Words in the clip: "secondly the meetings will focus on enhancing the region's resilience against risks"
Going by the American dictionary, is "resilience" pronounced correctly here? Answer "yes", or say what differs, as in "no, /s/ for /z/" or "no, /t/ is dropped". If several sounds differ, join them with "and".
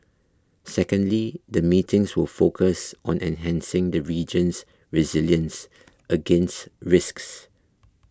yes